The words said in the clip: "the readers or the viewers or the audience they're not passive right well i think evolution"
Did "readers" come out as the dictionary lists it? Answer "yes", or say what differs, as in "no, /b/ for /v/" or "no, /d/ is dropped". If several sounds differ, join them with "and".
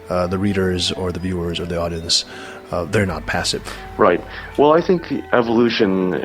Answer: yes